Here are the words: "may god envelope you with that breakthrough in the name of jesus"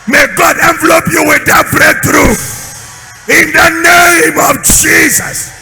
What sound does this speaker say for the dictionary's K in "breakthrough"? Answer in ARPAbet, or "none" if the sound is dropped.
none